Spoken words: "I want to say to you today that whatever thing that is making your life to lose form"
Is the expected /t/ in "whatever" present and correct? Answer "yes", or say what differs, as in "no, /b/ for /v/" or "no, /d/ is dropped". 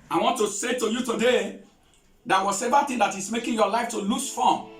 no, /s/ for /t/